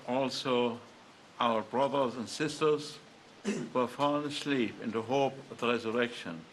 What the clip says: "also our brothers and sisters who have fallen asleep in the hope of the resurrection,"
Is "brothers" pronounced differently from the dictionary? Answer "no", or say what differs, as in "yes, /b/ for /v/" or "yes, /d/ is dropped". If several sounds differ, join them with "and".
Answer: no